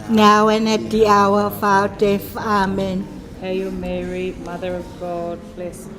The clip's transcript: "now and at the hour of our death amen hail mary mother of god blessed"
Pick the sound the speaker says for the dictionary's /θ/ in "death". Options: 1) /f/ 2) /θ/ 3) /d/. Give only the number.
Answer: 1